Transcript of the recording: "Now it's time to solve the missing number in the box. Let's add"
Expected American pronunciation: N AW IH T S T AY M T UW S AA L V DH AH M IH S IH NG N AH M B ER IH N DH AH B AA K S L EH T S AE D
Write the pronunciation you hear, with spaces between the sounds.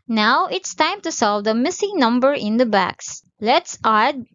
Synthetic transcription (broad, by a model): N AW IH T S T AY M T UW S AA L V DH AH M IH S IH NG N AH M B ER IH N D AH B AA K S L EH T S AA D